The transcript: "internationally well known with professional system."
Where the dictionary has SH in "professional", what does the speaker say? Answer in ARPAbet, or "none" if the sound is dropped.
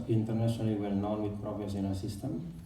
S